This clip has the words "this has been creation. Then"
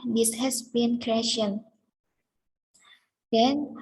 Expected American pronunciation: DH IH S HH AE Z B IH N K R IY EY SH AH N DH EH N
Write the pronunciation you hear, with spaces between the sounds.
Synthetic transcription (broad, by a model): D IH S HH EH S B IH N K R IY EY SH AH N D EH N